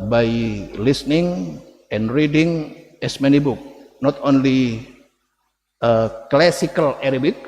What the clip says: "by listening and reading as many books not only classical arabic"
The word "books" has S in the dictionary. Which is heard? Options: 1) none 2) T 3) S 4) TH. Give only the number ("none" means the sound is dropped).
1